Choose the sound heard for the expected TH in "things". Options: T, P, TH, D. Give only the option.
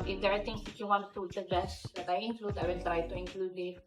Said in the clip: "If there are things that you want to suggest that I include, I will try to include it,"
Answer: T